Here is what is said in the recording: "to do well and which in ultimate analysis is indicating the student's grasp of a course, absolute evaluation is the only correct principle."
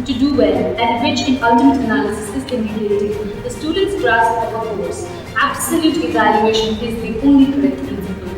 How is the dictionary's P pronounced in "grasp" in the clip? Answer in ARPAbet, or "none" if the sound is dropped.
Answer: none